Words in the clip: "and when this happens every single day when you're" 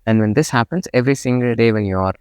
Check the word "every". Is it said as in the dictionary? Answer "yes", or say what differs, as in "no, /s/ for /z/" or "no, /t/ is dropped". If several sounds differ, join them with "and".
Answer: yes